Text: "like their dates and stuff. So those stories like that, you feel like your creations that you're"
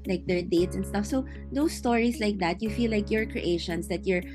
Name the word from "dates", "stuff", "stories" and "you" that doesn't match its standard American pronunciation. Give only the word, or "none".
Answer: stories